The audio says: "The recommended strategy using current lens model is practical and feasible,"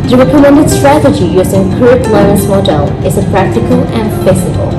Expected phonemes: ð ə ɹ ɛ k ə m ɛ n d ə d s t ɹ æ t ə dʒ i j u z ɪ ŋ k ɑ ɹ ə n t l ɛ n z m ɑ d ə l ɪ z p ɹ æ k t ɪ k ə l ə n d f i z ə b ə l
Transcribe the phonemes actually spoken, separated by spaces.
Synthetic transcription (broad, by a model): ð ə ɹ ɛ k ə m ɛ n d ə d s t ɹ æ t ə dʒ i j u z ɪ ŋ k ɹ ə t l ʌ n s m ɑ d ə l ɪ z p ɹ æ k t ɪ k ə l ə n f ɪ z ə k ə l